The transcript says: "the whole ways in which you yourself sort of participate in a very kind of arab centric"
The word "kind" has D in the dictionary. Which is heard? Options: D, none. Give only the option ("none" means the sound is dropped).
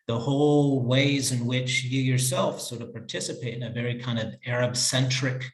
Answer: D